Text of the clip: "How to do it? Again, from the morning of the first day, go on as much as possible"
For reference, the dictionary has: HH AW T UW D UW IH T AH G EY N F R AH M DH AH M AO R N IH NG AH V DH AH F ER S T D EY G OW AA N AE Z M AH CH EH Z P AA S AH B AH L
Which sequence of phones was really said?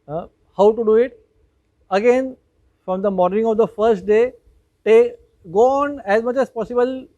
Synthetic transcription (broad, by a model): HH AW T UW D UW IH T AH G EY N F R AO M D AH M AO R N IH NG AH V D AH F ER S T D EY G OW AA N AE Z M AH CH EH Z P AA S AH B AH L